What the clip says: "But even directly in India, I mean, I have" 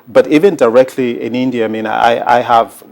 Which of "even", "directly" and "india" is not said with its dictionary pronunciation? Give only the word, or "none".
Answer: none